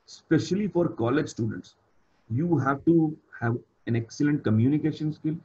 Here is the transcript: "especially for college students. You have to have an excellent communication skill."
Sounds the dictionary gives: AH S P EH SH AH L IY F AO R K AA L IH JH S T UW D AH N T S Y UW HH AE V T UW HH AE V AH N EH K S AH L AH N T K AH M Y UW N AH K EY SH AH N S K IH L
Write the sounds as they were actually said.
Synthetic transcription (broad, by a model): S P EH SH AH L IY F AO R K AA L IH JH S T UW D AH N T S Y UW HH AE V T UW HH AE V AH N EH K S AH L AH N T K AH M Y UW N AH K EY SH AH N S K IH L